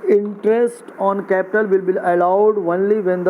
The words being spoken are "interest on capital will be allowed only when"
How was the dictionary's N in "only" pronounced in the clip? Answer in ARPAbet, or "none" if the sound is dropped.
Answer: N